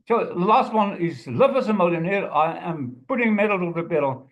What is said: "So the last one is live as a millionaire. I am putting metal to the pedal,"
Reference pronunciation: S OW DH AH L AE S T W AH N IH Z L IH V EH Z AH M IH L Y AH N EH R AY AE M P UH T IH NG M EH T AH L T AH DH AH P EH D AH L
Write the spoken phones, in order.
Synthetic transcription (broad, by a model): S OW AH L AE S T W AH N IH Z L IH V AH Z AH M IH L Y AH N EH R AY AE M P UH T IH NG M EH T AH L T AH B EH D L